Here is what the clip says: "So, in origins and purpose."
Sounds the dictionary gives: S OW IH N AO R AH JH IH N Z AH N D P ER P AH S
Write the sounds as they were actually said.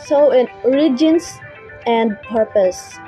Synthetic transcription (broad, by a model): S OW IH N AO R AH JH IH N S AH N D P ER P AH S